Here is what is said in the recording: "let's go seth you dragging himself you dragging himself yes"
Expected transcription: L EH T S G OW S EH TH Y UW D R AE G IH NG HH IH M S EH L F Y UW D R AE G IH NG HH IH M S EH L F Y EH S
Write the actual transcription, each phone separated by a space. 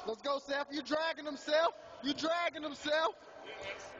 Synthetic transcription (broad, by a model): L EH T S G OW S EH F Y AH D R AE G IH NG HH IH M S EH L F Y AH D R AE G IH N HH IH M S EH L F